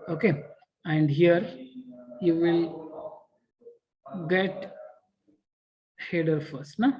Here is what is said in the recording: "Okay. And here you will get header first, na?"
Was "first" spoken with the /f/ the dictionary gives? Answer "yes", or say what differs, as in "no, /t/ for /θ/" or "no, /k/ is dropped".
yes